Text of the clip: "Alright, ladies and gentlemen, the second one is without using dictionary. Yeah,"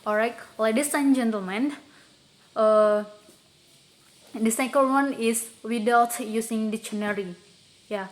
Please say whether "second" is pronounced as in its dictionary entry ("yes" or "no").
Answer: no